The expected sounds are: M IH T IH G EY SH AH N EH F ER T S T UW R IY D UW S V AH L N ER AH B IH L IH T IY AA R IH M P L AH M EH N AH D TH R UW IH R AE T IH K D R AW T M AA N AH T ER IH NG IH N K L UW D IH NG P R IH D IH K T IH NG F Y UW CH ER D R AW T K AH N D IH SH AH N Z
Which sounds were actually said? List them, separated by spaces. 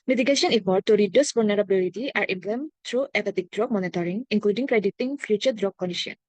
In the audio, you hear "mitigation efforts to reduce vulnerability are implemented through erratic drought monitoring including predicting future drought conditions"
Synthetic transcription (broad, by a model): M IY T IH G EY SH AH N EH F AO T T UW R IY D UW S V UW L N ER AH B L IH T IY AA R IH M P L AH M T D R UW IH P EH T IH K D R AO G M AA N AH T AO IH NG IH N K L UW D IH NG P R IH D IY T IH NG F Y UW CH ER D R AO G K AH N D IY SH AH N